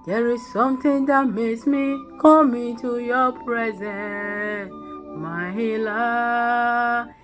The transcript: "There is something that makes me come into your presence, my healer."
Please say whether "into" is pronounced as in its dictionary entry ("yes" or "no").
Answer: no